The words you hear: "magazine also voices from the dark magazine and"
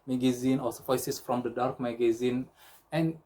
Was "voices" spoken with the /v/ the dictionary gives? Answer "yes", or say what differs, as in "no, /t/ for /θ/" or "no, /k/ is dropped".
no, /f/ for /v/